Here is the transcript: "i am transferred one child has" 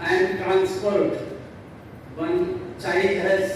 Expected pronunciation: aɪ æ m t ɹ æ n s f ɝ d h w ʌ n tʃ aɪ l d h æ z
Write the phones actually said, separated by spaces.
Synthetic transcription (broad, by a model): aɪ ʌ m t ɹ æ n s p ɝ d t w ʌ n tʃ aɪ d h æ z